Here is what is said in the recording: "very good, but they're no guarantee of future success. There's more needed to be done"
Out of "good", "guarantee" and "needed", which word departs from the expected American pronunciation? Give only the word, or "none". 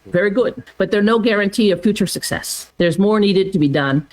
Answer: none